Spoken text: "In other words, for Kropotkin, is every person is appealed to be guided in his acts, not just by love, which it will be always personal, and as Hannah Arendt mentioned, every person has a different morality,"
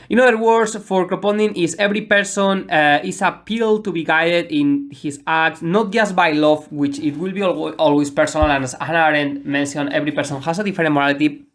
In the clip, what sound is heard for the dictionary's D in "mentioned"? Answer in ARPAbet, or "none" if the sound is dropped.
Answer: none